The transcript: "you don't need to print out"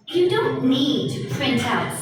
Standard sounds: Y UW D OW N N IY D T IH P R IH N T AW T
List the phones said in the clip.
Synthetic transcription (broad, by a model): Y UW D OW N N IY D T IH P R IH N T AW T